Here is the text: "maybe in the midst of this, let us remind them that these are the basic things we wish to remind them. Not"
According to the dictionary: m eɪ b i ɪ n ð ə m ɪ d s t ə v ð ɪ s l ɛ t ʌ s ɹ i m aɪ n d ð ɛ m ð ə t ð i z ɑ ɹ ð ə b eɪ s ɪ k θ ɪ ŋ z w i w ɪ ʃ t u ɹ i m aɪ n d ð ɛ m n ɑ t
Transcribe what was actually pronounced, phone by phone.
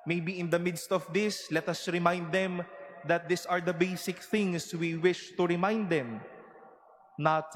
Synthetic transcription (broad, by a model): m eɪ b i ɪ n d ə m ɪ d s t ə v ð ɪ s l ɛ t ʌ s ɹ i m aɪ n d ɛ m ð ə t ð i s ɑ ɹ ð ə b eɪ s ɪ k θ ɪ ŋ s w i w ɪ ʃ t u ɹ i m aɪ n d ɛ m n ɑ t